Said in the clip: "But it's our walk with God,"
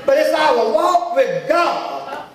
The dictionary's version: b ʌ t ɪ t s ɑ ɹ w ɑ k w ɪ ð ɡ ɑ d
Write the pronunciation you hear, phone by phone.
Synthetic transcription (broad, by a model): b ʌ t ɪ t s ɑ w w ɑ k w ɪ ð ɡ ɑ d